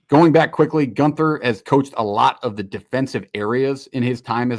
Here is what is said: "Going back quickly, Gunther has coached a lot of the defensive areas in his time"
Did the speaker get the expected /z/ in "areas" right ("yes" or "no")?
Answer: yes